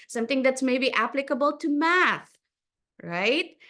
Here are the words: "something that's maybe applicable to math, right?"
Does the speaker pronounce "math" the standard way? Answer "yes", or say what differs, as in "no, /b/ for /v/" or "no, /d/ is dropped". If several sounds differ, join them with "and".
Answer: yes